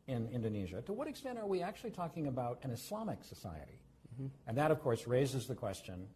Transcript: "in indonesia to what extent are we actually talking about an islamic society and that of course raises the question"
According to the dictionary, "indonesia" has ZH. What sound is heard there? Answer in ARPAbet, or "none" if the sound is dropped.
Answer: ZH